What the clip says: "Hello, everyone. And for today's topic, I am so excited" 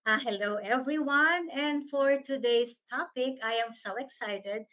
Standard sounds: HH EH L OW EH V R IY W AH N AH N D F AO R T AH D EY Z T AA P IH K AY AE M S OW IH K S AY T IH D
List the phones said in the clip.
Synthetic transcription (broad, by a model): HH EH L OW EH V R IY W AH N AH N D F AO R T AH D EY S T AA P IH K AY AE M S OW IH K S AY T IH D